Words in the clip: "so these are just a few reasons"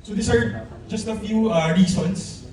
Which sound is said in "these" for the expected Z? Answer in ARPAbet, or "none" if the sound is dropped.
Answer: S